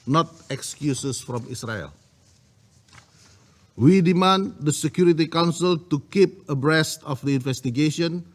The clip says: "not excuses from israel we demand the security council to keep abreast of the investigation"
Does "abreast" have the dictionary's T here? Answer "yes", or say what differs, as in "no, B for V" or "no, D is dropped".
yes